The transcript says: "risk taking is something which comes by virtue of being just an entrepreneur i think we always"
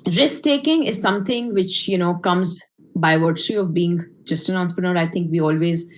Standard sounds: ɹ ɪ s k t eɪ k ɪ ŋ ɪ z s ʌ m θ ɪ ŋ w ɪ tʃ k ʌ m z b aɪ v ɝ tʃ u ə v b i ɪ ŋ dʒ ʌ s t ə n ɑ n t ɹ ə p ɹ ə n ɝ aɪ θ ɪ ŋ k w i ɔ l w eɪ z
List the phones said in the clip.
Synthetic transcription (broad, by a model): ɹ ɪ s k t eɪ k ɪ ŋ ɪ z s ʌ m t ɪ ŋ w ɪ tʃ k ʌ m z b aɪ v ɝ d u ə v b i ɪ ŋ dʒ ʌ s t ə n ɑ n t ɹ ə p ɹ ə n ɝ aɪ t ɪ ŋ k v i ɔ l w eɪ z